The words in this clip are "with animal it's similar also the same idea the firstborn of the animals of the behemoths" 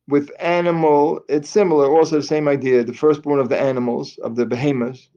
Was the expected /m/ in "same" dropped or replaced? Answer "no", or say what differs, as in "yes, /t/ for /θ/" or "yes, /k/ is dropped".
no